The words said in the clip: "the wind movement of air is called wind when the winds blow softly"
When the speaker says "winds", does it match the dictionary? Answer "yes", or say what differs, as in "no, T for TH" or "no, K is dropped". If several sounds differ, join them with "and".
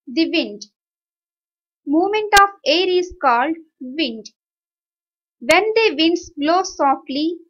no, S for Z